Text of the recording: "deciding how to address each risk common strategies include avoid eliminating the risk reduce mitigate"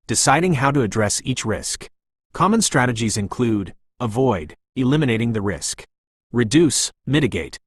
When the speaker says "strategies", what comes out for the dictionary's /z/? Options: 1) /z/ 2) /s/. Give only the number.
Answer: 1